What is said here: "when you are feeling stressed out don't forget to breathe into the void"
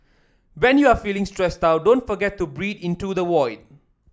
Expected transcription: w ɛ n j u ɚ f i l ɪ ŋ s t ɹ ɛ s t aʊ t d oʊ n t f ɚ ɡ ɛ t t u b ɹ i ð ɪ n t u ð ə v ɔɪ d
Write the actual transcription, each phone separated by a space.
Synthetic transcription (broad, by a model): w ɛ n j u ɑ f i l ɪ ŋ s t ɹ ɛ s t aʊ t d oʊ n t f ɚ ɡ ɛ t t u b ɹ i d ɪ n t u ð ə w ɔɪ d